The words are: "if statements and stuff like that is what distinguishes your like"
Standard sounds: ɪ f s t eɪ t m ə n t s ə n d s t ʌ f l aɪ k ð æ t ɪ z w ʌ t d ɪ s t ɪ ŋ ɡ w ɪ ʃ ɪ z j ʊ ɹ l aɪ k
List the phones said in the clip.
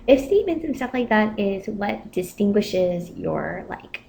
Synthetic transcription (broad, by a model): ɪ f s t eɪ t m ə n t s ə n s t ʌ f l aɪ k ð æ t ɪ z w ʌ t d ɪ s t ɪ ŋ ɡ w ɪ ʃ ɪ z j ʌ ɹ l aɪ k